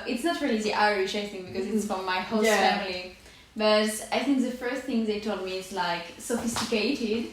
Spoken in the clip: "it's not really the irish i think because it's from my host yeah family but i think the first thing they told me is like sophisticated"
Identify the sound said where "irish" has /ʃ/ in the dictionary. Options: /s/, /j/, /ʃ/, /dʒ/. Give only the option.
/ʃ/